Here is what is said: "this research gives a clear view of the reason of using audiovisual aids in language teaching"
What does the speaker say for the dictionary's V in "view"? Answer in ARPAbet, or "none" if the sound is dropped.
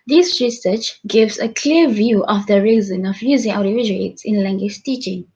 V